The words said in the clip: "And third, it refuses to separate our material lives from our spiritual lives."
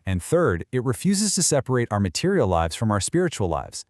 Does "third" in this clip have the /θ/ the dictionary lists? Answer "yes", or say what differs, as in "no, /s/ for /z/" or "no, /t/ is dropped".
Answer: yes